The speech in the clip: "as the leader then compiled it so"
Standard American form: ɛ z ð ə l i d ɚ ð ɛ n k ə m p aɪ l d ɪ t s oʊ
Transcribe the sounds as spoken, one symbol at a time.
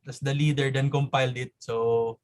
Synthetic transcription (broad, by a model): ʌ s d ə l i d ɚ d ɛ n k ə m p aɪ l d ɪ t s oʊ